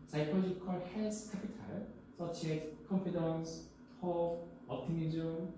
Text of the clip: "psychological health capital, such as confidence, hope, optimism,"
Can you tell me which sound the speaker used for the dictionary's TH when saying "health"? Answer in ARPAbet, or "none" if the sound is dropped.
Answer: S